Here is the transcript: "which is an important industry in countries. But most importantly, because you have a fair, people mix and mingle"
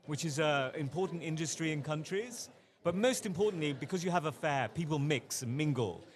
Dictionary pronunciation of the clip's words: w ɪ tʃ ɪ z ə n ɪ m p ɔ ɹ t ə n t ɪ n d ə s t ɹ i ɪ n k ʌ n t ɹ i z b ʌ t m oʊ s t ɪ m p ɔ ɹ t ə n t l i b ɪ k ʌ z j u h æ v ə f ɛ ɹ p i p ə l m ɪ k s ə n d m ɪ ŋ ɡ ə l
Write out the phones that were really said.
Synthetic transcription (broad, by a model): w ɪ tʃ ɪ z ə ɪ m p ɔ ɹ t n t ɪ n d ə s t ɹ i ɪ n k ʌ n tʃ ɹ i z b ʌ t m oʊ s t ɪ m p ɔ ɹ t n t l i b ɪ k ʌ z j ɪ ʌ v ə f ɛ p i p ə l m ɪ k s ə n m ɪ ŋ ɡ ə l